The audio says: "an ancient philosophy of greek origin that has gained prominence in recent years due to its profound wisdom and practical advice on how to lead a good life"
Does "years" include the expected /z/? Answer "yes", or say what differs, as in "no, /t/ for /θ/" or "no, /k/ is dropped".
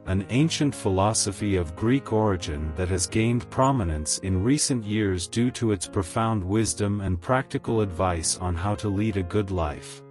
yes